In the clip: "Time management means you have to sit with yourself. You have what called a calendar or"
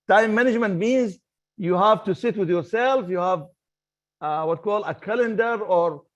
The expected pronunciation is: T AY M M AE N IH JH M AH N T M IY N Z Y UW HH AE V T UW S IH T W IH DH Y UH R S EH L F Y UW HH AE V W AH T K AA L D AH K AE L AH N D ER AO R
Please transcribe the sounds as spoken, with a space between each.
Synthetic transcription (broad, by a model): T AY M M AE N IH JH M AH N T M IY N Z Y UW HH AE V T UW S IH T W IH DH Y UH R S EH L F Y UW HH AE V W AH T K AA L D AH K AE L AH N D ER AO R